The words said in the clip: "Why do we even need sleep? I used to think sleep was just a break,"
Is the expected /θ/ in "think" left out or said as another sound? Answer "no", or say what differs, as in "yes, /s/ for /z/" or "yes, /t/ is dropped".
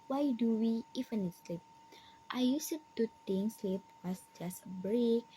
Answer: yes, /t/ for /θ/